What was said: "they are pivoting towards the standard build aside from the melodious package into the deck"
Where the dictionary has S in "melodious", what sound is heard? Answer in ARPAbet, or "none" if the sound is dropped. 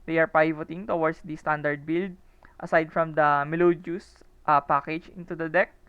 none